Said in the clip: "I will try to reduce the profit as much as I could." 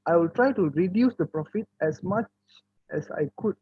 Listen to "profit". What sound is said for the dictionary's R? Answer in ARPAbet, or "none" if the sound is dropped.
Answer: R